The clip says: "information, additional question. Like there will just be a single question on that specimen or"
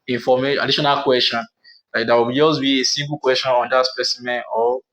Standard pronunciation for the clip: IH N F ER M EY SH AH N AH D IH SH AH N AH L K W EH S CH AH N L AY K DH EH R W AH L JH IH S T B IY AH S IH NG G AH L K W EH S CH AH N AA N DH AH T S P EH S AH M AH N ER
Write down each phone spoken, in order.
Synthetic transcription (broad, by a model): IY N F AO M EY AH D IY SH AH N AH L K W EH S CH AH N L AY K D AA W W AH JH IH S B IY AH S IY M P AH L K W EH S CH AH N AA N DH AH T S P EH S AH M AH N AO